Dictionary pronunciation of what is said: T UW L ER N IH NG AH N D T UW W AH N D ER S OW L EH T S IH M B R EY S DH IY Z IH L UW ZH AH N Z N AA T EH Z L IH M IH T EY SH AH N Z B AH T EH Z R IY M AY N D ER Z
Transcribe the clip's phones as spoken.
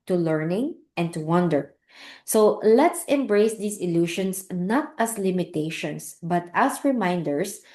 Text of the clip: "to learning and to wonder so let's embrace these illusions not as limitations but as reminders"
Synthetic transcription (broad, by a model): T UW L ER N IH NG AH N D T UW W AH N D ER S OW L EH T S IH M B R EY S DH IY S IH L UW SH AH N S N AA T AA S L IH M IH T EY SH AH N S B AH T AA S R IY M AY N D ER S